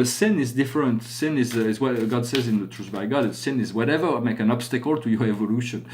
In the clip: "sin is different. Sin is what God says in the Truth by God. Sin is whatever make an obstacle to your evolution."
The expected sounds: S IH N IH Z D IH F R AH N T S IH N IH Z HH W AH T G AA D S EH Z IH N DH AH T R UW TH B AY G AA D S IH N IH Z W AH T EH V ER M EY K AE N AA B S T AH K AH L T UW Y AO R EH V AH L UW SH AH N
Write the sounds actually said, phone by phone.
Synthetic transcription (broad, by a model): S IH N IH Z D IH F R AH N T S IH N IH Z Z W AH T G AA D S EH Z IH N DH AH T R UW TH B AY G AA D S IH N IH Z W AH T EH V ER M EY K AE N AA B S T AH K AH L T UW Y AO R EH V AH L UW SH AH N